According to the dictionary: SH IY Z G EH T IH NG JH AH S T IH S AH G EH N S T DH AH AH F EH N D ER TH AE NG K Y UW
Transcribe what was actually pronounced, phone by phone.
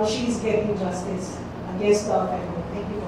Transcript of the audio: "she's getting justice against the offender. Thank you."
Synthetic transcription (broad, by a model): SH IY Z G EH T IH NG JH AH S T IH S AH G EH S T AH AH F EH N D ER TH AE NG K Y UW